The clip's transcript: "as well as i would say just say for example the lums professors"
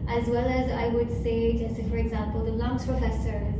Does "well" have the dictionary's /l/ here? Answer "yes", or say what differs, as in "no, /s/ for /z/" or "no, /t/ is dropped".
yes